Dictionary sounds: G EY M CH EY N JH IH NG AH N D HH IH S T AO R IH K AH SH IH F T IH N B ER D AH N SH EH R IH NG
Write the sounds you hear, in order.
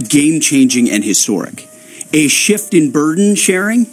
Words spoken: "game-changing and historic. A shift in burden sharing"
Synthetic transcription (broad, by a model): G EY M CH EY N JH IH NG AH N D HH IH S T AO R IH K AH SH IH F T IH N B ER D N SH EH R IH NG